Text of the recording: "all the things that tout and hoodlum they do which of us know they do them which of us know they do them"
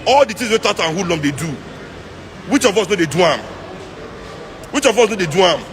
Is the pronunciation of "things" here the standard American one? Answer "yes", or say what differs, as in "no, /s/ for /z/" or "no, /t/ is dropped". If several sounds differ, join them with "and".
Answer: no, /t/ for /θ/ and /ŋ/ is dropped